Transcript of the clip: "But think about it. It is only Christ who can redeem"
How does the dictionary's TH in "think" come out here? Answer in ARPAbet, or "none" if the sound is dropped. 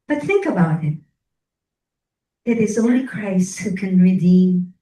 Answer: TH